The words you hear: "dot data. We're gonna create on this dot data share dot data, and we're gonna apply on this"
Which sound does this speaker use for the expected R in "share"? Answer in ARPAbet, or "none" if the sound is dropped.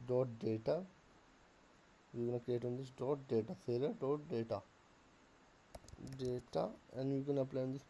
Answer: L